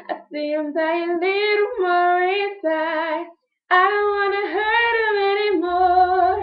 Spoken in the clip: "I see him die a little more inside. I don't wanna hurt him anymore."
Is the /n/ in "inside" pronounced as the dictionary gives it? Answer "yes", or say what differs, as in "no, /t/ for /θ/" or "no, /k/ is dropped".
no, /n/ is dropped